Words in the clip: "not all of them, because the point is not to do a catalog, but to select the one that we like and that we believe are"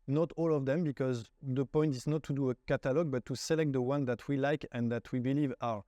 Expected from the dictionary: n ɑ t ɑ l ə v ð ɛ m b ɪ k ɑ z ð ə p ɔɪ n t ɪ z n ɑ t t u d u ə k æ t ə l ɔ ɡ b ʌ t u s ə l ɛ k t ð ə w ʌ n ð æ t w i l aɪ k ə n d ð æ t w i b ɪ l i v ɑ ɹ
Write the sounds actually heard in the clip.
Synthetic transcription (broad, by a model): n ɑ t ɑ l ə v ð ɛ m b ɪ k ɑ z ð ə p ɔɪ n t ɪ z n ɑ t t u d u ə k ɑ t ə l ɔ ɡ b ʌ t u s ə l ɛ k t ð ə w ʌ n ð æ t w i l aɪ k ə n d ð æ t w i b ɪ l i v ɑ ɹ